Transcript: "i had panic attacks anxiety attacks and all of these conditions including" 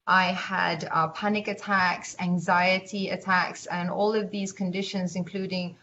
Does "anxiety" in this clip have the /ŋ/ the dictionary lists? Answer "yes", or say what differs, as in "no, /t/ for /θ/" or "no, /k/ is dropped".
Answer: yes